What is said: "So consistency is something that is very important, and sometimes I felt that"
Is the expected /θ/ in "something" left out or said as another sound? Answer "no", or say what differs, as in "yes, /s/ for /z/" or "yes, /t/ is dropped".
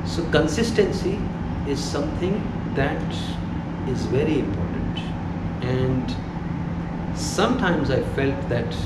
yes, /t/ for /θ/